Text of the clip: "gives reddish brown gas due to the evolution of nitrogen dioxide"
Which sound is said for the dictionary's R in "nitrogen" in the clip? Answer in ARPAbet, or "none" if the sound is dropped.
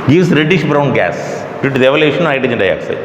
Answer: none